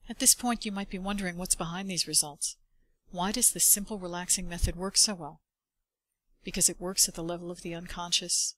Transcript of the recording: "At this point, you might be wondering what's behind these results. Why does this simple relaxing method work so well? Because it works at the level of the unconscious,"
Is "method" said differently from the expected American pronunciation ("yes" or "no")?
no